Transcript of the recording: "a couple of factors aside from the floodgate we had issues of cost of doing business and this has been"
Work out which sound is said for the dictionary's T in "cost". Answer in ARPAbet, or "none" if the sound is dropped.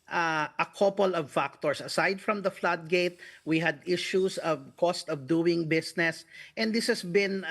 T